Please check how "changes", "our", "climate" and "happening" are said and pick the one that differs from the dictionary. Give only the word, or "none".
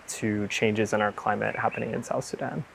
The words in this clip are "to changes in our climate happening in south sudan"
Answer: none